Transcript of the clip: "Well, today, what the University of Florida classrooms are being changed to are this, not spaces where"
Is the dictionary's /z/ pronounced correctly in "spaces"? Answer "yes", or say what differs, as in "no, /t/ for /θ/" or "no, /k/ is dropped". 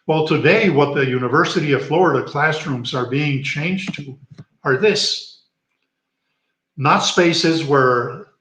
yes